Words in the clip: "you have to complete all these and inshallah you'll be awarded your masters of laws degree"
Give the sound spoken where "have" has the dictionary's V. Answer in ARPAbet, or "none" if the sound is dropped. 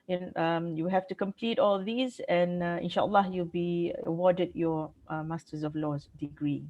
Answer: F